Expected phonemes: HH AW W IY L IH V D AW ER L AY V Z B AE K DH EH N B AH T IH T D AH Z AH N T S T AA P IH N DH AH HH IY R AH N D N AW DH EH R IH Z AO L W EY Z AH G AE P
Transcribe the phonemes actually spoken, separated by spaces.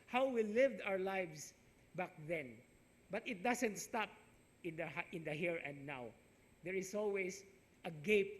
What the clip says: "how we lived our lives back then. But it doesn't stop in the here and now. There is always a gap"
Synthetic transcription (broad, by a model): HH AW W IY L IH V D AW ER L AY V S B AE K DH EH N B AH T IH T D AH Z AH N T S T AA P IH N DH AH HH IY R AH N D N AW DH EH R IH S AO L W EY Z AH G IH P